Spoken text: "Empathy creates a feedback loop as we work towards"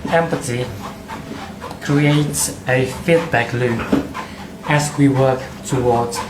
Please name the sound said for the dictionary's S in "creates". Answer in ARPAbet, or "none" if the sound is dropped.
S